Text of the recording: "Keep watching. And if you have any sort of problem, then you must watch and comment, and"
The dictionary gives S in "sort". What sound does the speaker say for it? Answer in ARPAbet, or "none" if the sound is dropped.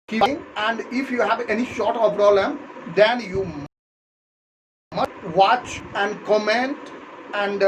SH